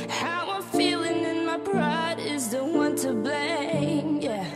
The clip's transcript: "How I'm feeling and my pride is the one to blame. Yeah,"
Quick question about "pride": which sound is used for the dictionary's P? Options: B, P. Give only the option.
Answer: B